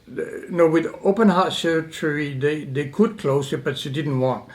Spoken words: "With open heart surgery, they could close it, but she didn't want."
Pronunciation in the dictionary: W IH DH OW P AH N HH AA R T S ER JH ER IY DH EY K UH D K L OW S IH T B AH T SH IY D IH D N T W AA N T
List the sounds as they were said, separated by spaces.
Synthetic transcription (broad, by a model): W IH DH OW P AH N HH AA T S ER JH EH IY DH EY K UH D K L OW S IH T B AH T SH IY D IH D N T W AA N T